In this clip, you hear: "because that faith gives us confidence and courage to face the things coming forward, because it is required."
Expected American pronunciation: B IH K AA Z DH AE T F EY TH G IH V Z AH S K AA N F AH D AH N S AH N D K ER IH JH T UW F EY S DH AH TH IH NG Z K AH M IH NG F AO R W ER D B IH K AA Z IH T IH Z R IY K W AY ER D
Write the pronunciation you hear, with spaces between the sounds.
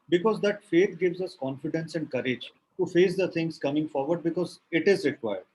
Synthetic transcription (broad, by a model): B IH K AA Z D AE T F EY T G IH V Z AH S K AA N F AH D AH N S AH N D K ER IH JH T UW F EY S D AH T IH NG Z K AH M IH NG F AO R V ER D B IH K AA Z IH T IH Z R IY K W AY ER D